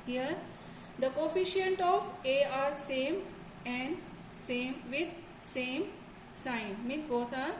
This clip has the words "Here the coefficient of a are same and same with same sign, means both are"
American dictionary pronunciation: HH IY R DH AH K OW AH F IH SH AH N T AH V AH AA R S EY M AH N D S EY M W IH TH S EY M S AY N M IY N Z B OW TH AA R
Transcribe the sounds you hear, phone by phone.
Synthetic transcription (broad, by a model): HH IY R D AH K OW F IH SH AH N T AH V AH AA R S EY M AH N D S EY M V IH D S EY M S AY N M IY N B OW S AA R